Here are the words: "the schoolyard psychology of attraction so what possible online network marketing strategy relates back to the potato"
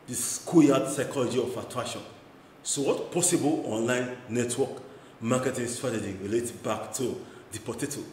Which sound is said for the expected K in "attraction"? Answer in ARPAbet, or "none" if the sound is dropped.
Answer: none